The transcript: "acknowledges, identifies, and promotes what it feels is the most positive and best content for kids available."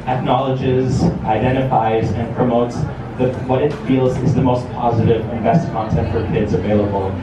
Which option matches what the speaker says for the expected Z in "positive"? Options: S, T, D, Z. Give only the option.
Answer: Z